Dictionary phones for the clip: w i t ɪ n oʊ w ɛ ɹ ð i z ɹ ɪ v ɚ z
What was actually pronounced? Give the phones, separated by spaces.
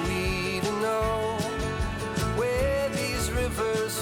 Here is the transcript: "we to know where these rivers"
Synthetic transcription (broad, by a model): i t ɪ n oʊ w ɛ ɹ ð i z ɹ ɪ v ɚ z